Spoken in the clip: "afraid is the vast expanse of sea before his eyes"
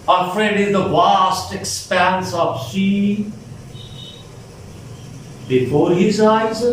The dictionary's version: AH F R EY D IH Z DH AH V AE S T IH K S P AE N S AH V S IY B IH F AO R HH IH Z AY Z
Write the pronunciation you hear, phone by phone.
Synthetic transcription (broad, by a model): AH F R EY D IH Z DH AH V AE S T IH K S P AE N S AH V SH IY B IH F AO R HH IH Z AY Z